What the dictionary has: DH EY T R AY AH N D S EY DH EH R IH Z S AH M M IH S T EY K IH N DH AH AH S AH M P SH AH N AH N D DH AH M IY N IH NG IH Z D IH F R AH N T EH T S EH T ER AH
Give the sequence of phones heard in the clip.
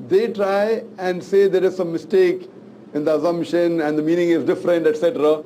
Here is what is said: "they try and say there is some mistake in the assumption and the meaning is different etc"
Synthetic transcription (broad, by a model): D EY T R AY AH N D S EY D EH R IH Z S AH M M IH S T EY K IH N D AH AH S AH M P SH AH N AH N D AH M IY N IH NG IH Z D IH F R AH N T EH T S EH T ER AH